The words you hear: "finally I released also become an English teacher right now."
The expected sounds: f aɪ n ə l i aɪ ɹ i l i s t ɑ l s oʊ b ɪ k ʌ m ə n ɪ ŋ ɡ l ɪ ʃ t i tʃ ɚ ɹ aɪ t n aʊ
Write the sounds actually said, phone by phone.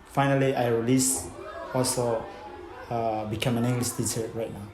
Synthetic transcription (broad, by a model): f aɪ n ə l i aɪ ɹ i l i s ɑ l s oʊ b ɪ k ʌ m ə n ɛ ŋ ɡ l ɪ s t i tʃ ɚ ɹ aɪ t n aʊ